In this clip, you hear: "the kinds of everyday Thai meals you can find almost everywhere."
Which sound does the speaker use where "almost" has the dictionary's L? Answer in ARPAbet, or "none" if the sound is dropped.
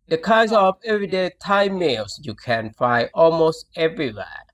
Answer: L